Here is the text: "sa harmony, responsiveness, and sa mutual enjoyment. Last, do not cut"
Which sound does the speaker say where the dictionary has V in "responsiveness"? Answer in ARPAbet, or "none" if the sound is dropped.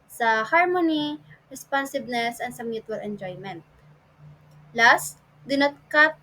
B